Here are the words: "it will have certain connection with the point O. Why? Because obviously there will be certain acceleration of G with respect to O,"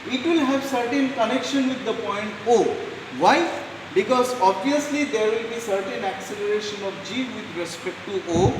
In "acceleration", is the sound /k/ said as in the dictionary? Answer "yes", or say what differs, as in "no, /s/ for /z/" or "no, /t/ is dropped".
yes